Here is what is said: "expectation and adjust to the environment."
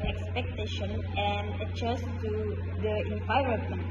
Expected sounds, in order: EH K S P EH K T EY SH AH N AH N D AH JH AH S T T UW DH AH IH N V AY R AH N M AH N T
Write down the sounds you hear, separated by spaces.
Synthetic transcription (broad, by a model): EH K S P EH K T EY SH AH N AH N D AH CH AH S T T UW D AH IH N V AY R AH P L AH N